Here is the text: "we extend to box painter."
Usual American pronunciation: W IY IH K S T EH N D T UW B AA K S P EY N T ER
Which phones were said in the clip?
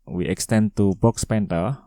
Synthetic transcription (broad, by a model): W IY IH K S T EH N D T UW B AA K S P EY N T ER